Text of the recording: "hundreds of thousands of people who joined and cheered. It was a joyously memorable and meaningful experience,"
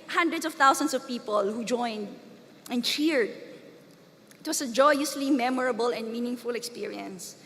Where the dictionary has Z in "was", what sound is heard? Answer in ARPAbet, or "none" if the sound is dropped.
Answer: S